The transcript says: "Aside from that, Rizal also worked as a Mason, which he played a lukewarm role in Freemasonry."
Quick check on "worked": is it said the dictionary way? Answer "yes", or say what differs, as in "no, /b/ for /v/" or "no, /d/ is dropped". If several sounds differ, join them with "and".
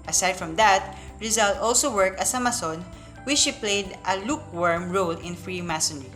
no, /t/ is dropped